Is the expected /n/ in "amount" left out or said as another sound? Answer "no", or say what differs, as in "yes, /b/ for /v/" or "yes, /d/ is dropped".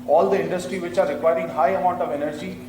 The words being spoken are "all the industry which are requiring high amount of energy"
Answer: no